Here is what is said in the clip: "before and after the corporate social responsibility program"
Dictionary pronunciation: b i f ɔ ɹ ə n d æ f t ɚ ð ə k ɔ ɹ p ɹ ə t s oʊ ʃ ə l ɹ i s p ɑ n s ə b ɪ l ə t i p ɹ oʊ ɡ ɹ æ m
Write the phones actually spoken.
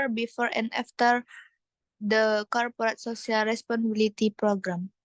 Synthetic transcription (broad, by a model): b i f ɔ ɹ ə n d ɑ f t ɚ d ə k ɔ ɹ p ɹ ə t s oʊ s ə l ɹ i s p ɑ n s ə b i l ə t i p ɹ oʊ ɡ ɹ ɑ m